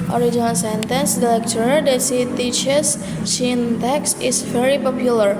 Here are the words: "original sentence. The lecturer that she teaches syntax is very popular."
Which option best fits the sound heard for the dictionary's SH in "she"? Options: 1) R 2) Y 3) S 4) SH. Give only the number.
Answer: 3